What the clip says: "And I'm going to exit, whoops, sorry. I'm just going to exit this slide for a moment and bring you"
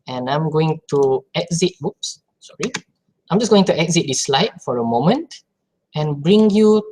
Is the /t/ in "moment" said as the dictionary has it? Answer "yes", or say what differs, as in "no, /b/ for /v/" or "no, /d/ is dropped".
yes